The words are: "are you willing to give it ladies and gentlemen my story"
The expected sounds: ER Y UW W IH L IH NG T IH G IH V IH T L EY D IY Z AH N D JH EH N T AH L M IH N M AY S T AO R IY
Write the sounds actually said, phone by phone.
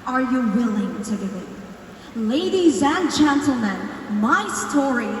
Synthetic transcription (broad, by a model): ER Y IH W IH L IH NG T IH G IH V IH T L EY D IY Z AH N JH EH N T L M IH N M AY S T AO R IY